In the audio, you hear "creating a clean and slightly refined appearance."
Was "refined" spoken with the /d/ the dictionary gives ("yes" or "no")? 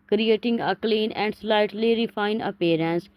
no